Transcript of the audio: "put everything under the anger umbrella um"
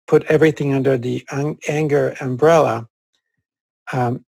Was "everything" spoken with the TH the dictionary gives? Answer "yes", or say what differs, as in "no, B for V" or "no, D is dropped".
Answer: yes